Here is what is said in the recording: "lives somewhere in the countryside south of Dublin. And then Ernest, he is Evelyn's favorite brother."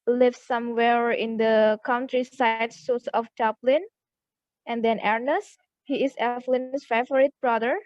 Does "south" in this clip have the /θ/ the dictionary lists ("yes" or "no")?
no